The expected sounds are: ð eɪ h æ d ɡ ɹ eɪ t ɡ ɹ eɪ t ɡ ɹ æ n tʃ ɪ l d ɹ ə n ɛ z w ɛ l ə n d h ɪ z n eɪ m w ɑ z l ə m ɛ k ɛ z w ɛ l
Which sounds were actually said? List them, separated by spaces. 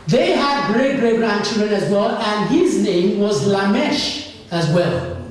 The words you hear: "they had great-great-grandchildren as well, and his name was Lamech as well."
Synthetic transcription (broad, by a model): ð eɪ h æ d ɡ ɹ eɪ t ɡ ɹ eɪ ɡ ɹ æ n tʃ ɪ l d ɹ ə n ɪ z w ɛ l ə n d h ɪ z n eɪ m w ɑ z l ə m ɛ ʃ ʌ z w ɛ l